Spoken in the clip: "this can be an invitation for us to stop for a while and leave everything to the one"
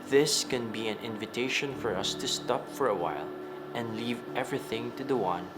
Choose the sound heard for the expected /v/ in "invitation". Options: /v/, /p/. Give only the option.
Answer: /v/